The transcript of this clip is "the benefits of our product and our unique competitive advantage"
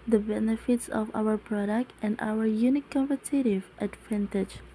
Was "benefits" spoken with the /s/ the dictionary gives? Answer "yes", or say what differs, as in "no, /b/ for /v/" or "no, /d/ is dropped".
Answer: yes